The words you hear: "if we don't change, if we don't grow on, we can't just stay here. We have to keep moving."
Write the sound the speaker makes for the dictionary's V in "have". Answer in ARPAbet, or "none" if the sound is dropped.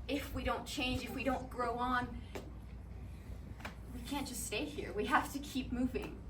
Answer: F